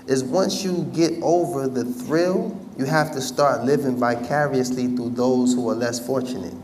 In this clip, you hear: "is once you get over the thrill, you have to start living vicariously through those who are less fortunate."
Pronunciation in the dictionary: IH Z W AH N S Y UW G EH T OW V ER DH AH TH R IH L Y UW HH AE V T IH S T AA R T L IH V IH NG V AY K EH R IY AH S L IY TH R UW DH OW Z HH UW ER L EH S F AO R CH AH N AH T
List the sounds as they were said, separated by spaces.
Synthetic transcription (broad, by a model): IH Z W AH N S Y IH G EH T OW V ER DH AH TH R IH L Y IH HH AE F T IH S T AA R T L IH V IH NG V AY K EH R IY AH S L IY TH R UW DH OW Z HH UW ER L EH S F AO R CH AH N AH T